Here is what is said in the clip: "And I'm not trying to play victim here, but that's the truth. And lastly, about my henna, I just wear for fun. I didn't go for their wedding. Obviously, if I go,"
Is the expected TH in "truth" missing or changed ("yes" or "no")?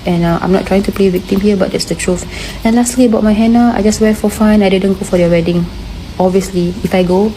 yes